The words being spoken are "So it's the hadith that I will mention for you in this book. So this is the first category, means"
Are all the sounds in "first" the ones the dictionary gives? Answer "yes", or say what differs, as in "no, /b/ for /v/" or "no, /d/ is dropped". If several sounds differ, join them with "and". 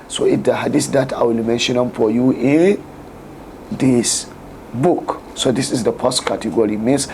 no, /p/ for /f/